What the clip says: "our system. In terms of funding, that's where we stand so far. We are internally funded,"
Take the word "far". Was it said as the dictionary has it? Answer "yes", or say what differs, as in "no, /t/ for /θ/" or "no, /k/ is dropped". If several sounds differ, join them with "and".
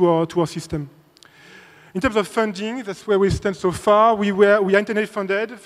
no, /w/ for /ɹ/